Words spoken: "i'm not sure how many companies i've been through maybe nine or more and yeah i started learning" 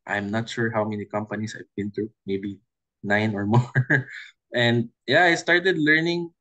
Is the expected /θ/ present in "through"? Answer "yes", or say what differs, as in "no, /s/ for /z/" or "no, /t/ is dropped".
no, /t/ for /θ/